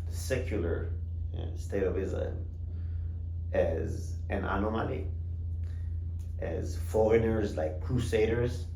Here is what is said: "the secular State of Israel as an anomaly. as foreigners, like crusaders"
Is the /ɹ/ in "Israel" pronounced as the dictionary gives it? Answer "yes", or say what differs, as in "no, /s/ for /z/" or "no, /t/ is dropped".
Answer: no, /l/ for /ɹ/